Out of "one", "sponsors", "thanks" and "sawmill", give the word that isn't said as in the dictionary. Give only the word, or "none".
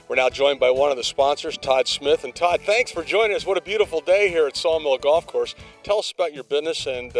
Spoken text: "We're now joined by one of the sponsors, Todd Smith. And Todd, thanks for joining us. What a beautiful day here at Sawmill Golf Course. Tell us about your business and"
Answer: none